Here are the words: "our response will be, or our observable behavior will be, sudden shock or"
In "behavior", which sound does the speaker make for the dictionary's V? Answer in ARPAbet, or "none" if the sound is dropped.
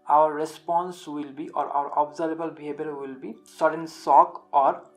B